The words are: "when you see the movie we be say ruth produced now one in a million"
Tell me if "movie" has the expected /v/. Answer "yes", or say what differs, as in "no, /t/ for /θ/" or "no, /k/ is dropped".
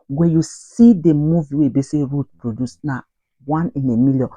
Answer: yes